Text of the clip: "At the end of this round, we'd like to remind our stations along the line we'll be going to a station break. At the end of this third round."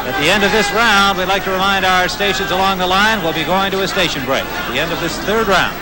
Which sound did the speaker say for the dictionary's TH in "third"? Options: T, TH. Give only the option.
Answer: TH